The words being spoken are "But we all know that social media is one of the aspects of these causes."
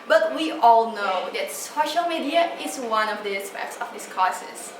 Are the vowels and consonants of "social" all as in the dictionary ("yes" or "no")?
yes